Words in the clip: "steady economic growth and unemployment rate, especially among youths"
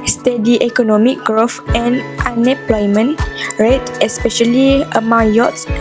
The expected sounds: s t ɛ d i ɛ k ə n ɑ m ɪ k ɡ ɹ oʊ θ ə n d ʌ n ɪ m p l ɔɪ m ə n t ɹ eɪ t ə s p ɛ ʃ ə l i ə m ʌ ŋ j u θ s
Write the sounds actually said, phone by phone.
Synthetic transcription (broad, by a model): s t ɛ d i ɛ k ə n ɑ m ɪ k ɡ ɹ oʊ f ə n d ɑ n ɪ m p l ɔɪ m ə n ɹ eɪ t ə s p ɛ ʃ ə l i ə m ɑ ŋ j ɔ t s